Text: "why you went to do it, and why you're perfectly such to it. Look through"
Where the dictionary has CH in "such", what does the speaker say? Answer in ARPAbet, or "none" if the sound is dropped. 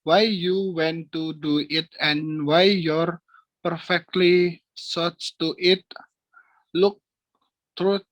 S